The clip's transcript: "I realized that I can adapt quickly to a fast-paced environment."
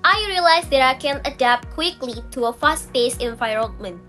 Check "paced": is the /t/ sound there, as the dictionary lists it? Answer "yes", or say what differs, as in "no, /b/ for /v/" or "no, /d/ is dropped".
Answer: no, /t/ is dropped